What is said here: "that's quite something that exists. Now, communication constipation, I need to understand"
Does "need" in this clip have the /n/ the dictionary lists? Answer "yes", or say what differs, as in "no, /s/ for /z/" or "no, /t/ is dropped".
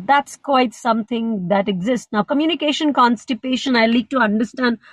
no, /l/ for /n/